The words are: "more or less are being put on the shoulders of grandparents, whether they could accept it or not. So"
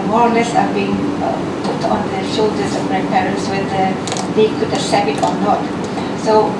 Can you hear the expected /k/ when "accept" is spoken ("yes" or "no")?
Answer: no